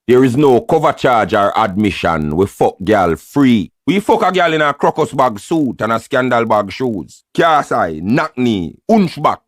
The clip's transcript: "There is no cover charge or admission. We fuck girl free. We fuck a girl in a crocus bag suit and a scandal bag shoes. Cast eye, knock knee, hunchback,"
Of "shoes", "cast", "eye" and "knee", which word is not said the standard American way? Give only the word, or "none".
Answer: cast